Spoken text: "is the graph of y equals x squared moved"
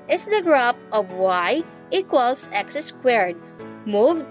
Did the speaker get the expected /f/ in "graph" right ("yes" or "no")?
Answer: no